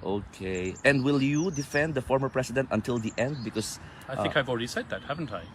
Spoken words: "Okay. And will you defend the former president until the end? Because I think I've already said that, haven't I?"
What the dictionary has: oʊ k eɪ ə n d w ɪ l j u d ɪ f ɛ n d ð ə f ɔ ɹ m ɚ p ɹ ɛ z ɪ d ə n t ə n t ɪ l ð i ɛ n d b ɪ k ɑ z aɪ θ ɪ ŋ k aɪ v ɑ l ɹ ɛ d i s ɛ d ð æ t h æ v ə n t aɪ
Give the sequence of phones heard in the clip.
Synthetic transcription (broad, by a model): oʊ k eɪ ə n d w ɪ l j u d ɪ f ɛ n d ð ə f ɔ ɹ m ɚ p ɹ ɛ s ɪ d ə n t ə n t ɪ l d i ɛ n d b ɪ k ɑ s aɪ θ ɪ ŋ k aɪ v ɑ l ɹ ɛ d i s ɛ d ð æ t h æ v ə n t aɪ